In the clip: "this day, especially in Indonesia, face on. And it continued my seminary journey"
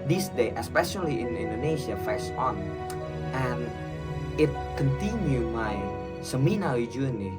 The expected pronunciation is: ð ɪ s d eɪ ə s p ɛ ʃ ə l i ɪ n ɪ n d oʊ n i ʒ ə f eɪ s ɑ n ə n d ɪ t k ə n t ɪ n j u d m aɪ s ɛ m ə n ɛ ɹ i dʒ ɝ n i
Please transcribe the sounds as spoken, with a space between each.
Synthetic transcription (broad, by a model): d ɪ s d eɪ ə s p ɛ ʃ ə l i ɪ n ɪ n d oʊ n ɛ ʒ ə f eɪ s ɑ n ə n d ɪ t k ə n t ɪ n j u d m aɪ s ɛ m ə n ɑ w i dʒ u n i